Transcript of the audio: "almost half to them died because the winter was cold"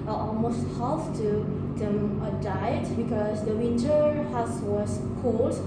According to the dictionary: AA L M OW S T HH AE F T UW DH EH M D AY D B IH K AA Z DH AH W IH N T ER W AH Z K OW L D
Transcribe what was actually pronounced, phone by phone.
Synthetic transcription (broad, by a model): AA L M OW S T HH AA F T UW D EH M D AY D B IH K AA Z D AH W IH N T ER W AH S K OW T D